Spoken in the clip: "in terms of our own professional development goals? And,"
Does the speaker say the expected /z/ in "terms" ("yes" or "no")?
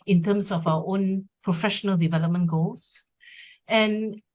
no